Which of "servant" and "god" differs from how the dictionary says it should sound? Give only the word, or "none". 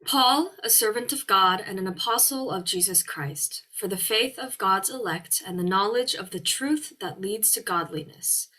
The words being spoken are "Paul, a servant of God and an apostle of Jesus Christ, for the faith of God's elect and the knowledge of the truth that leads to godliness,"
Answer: none